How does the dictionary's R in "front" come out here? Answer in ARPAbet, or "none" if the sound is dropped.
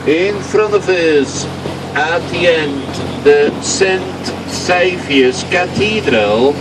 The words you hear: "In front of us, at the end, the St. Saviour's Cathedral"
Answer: R